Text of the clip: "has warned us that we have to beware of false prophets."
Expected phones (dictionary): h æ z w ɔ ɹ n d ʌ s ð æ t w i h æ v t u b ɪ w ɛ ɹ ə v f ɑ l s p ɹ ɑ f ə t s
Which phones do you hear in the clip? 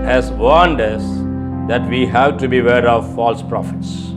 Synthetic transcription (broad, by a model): h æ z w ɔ ɹ n d ʌ s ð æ t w i h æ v t u b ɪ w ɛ ɹ ə v f ɑ l s p ɹ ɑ f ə t s